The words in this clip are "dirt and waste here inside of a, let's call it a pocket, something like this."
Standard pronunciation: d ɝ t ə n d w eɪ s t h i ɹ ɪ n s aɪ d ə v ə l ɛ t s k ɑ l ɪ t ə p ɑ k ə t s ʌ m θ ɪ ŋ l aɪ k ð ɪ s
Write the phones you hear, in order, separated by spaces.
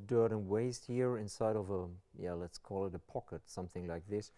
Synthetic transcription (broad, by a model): d ɝ t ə n w eɪ s t h i ɹ ɪ n s aɪ d ə v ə l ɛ t s k ɑ l ɪ t ə p ɑ k ə t s ʌ m θ ɪ ŋ l aɪ k ð ɪ s